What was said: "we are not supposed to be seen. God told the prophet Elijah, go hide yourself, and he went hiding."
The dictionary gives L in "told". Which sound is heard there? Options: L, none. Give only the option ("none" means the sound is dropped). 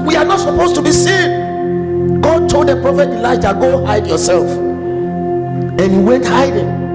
L